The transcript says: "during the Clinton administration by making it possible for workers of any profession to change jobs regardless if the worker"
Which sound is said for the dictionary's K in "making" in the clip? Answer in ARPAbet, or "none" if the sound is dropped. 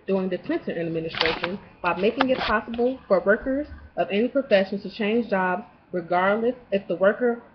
K